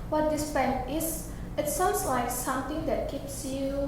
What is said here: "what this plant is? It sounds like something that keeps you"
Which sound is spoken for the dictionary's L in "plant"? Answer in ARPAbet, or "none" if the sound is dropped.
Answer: none